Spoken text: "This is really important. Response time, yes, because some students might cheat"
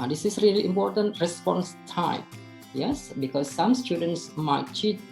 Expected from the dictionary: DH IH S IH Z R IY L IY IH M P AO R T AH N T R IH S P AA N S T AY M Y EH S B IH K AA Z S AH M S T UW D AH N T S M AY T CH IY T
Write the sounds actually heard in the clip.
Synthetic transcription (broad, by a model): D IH S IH S R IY L IY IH M P AO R T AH N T R IH S P AA N S T AY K Y EH S B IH K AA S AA M S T UW D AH N T S M AY T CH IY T